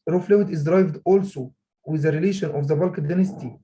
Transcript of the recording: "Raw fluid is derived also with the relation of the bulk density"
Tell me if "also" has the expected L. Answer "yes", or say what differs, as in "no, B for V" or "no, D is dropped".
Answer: yes